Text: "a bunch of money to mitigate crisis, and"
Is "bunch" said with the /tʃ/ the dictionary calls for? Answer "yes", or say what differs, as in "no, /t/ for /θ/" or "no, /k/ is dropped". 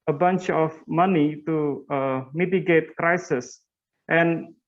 yes